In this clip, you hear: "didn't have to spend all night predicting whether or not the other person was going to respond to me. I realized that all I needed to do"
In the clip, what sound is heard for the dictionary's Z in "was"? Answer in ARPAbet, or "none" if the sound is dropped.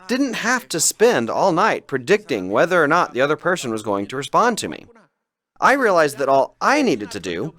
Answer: Z